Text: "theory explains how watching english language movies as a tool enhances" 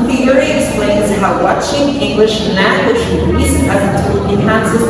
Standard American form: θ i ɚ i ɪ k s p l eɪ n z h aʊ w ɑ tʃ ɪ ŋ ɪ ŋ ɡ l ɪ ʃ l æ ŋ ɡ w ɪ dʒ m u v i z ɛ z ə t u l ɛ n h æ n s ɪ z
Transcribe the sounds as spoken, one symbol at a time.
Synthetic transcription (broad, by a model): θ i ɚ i ɪ k s p l eɪ n z h aʊ w ɑ tʃ ɪ ŋ ɪ ŋ ɡ l ɪ ʃ n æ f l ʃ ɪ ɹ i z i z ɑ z ə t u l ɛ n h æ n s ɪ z